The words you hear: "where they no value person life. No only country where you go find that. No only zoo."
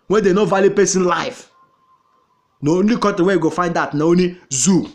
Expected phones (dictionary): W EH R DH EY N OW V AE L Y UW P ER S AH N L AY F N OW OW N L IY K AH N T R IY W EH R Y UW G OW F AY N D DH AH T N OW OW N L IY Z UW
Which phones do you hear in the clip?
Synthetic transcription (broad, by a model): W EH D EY N OW V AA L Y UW P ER S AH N L AY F N OW OW N L IY K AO T IY W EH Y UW G OW F AY N D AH T N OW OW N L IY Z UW